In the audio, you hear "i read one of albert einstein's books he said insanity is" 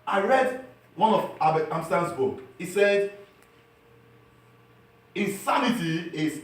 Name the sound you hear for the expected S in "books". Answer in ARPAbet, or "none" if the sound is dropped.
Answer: none